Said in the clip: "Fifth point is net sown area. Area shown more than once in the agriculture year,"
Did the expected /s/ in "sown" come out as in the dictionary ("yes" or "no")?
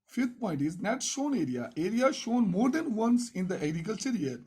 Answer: no